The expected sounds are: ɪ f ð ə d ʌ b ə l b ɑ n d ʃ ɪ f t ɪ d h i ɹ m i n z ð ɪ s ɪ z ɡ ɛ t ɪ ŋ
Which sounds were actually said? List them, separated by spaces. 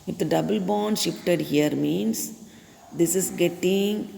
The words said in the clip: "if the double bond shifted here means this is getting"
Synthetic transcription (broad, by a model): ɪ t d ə d ʌ b ə l b ɑ n d ʃ ɪ f t ɪ d h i ɹ m i n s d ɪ s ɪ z ɡ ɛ t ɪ ŋ